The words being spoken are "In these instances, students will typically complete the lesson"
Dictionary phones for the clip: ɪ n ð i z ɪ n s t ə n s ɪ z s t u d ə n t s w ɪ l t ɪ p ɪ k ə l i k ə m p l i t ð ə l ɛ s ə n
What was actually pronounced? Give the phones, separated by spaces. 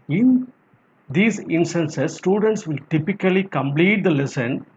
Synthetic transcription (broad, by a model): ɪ n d i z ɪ n s t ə n s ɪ s t u d ə n t s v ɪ l t ɪ p ɪ k ə l i k ə m p l i t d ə l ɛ s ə n